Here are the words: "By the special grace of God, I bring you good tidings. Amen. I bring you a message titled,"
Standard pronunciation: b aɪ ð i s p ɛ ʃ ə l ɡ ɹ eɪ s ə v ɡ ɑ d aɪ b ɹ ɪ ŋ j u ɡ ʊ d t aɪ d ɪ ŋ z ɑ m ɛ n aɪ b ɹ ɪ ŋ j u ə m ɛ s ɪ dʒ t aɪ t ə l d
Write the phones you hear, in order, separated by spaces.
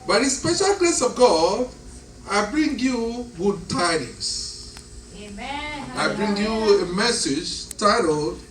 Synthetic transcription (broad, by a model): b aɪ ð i s p ɛ ʃ ə l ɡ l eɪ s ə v ɡ ɑ d aɪ b ɹ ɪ ŋ j u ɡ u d t aɪ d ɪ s ɑ ɪ b ɹ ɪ ŋ j u ə m ɛ s ɪ dʒ t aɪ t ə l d